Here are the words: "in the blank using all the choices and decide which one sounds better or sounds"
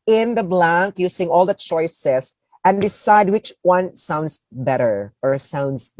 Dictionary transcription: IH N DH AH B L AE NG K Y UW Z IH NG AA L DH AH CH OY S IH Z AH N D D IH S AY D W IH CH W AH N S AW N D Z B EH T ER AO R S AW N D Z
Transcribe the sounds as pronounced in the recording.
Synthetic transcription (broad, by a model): IH N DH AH B L AE NG K Y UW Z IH NG AA L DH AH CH OY S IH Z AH N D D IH S AY D W IH CH W AH N S AW N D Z B EH T ER AO R S AW N D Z